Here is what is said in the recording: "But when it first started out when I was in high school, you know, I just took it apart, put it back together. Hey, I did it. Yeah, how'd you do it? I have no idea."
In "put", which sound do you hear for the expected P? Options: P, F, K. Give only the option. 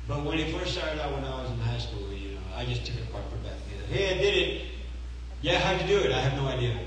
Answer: F